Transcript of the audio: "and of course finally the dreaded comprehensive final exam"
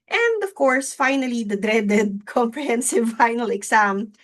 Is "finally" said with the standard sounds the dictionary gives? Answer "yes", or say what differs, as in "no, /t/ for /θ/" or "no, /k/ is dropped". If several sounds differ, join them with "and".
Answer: yes